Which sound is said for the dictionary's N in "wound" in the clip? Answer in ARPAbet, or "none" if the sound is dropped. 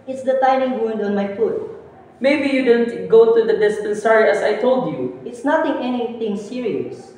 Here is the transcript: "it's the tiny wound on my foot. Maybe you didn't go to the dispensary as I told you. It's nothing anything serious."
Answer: N